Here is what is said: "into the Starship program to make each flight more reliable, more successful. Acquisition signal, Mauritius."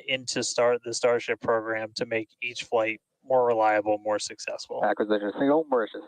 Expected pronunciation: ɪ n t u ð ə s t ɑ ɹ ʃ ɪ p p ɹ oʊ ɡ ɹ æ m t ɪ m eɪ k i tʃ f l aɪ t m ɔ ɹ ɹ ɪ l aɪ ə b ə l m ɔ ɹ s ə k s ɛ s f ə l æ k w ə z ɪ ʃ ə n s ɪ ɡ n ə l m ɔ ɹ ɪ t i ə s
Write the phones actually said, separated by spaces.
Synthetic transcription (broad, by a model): ɪ n t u ð ə s t ɑ ɹ ʃ ɪ p p ɹ oʊ ɡ ɹ æ m t ɪ m eɪ k i tʃ f l aɪ t m ɔ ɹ ɹ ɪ l aɪ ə b l m ɔ ɹ s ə k s ɛ s f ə l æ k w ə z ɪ ə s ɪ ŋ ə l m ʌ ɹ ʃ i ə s